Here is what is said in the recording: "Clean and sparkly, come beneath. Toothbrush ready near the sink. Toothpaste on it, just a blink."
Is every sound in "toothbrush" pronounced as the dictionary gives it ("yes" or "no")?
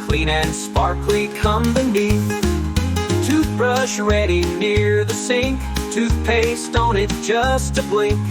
yes